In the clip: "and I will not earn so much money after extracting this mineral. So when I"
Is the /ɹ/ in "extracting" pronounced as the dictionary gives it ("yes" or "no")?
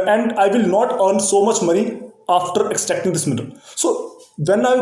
no